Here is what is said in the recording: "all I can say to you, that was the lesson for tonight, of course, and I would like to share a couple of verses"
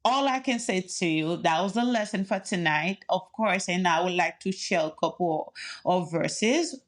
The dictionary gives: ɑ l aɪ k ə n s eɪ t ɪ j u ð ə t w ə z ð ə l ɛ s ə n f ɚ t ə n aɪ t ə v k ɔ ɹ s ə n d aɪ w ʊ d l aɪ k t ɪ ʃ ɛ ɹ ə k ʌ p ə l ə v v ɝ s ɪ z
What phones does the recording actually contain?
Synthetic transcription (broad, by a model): ɑ l aɪ k ə n s eɪ t ɪ j u ð ə t w ə z ð ə l ɛ s ə n f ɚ t ə n aɪ t ə v k ɔ ɹ s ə n aɪ w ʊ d l aɪ k t ɪ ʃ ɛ l ə k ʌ p l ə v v ɝ s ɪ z